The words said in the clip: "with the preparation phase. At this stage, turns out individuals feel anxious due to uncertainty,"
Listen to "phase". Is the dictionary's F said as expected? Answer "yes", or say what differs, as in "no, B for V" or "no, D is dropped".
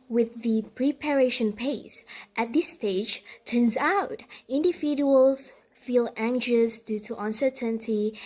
no, P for F